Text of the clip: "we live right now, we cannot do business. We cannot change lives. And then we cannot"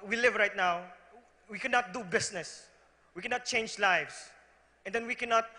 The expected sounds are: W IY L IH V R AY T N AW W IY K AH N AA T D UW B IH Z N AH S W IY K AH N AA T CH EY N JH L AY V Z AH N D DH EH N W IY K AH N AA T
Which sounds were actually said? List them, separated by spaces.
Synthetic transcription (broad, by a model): W IY L IH V R AY T N AW W IY K AH N AA T D UW B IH S N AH S W IY K AH N AA T CH EY N JH L AY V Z AH N D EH N W IY K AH N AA T